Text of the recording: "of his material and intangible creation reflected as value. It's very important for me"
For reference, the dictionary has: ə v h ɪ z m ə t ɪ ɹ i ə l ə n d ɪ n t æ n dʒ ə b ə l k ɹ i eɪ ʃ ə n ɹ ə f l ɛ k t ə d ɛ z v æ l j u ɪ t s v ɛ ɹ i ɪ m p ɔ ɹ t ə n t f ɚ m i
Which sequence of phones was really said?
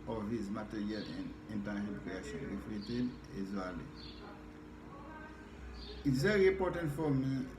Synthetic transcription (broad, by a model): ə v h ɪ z m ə t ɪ ɹ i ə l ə n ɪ n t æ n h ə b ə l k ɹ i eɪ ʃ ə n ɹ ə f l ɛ t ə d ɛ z w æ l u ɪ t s v ɛ ɹ i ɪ m p ɔ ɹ t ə n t f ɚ m i